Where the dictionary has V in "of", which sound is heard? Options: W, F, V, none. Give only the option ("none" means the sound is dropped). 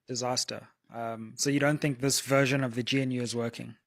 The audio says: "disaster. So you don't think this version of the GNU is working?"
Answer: V